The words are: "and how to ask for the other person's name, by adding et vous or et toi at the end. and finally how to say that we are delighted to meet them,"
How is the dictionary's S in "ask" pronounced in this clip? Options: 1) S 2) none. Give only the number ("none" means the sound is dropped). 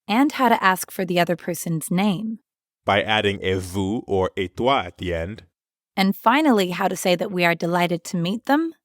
1